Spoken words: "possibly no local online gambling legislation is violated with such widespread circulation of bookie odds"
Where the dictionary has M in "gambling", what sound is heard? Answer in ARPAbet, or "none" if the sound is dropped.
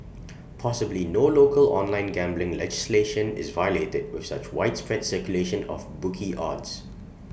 M